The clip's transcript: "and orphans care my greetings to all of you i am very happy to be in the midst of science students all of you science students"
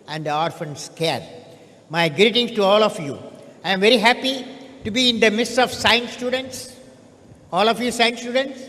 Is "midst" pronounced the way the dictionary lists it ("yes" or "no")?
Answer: no